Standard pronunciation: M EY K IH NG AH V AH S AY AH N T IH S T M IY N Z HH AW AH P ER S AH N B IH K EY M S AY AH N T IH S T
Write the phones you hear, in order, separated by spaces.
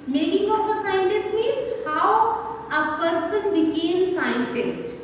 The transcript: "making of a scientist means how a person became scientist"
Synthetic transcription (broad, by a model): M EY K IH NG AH P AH S AY AH N T IH S T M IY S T HH AW AH P ER S AH N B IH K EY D S AY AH N T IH S T